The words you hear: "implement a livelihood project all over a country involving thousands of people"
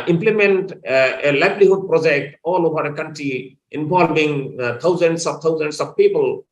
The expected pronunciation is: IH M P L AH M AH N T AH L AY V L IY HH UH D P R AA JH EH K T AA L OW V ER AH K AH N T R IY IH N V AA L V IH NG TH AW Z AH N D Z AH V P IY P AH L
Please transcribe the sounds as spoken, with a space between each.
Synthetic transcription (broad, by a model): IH M P L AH M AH N T AH L AY B L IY HH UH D P R AA JH EH K T AA L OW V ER AH K AH N T R IY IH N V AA L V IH NG T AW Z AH N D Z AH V P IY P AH L